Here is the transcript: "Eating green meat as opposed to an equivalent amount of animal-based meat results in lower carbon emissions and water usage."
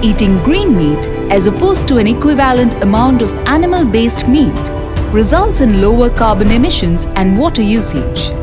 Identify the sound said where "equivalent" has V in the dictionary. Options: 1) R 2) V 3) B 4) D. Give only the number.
2